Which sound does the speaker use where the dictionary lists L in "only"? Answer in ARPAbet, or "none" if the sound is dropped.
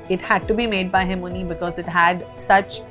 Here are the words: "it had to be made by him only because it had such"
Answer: none